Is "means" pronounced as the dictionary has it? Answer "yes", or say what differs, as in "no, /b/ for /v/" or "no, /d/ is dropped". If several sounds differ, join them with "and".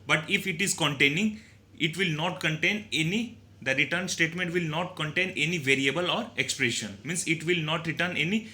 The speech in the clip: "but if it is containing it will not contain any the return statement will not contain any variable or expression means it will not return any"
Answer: no, /s/ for /z/